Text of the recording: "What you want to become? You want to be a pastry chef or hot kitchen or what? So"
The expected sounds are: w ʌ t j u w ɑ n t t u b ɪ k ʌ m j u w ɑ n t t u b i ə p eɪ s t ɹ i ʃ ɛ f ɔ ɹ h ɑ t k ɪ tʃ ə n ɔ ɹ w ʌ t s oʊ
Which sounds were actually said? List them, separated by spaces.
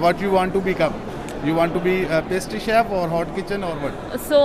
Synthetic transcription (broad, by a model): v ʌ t j u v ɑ n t t u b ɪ k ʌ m j u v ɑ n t t u b i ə p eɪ s t i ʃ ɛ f ɔ ɹ h ɑ t k ɪ tʃ ə n ɔ ɹ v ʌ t s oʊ